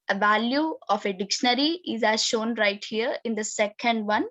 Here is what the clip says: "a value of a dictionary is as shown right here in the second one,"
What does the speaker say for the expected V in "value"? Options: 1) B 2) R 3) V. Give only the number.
3